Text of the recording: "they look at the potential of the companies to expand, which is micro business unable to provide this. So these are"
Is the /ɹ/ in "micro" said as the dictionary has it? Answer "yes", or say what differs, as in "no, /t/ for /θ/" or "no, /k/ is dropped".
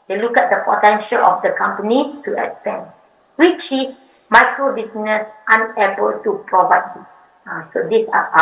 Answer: yes